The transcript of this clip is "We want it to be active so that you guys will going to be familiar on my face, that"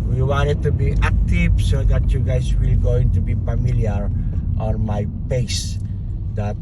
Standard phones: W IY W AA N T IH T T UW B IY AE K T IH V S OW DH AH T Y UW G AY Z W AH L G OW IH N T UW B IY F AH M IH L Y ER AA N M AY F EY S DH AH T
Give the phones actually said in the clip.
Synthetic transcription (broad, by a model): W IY W AA N T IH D T UW B IY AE K T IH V S OW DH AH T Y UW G AY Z W AH L G OW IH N T UW B IY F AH M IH L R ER AA N M AY P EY S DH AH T